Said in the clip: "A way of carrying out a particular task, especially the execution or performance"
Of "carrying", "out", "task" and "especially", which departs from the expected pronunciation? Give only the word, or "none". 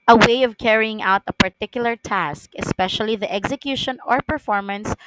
none